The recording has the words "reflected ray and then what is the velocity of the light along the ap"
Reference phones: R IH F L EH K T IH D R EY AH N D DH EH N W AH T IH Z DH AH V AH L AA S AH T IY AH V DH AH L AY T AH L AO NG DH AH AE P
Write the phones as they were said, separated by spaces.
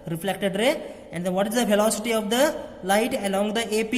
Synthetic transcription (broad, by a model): R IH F L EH K T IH D R EY AH N D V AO T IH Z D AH P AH L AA S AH T IY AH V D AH L AY T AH L AO NG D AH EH P